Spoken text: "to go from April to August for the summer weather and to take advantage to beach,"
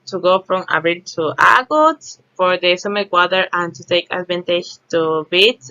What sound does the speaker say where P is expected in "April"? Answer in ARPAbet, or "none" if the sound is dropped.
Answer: B